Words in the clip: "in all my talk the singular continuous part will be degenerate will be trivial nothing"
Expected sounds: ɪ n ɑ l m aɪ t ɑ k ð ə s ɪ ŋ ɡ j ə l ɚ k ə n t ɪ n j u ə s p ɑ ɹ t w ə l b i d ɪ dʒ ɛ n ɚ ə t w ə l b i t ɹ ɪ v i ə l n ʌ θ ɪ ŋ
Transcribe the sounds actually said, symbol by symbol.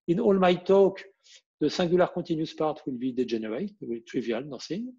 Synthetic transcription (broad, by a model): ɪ n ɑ l m aɪ t ɑ k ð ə s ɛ ɡ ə l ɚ k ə t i n j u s p ɑ ɹ t w ə l b i d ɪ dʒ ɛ n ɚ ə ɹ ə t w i t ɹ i v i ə l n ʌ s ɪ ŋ